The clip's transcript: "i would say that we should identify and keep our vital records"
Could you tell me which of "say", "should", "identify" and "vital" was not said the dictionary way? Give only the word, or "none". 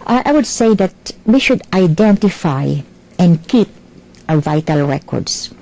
none